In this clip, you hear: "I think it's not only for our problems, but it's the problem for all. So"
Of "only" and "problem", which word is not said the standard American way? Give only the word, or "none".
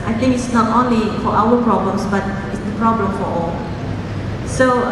none